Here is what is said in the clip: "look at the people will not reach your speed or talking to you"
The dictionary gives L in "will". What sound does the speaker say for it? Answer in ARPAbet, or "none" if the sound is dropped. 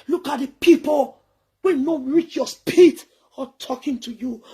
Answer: N